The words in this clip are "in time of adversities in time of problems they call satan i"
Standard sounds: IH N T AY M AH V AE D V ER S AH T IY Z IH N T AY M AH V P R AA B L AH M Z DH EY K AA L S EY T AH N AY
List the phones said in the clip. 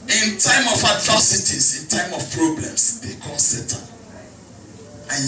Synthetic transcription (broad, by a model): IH N T AY M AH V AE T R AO S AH T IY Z IH N T AY M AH F P R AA B L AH M S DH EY K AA N S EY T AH AY